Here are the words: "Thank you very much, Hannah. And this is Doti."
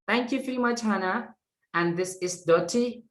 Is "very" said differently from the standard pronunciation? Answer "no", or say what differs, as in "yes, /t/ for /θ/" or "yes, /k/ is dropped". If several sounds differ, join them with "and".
yes, /f/ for /v/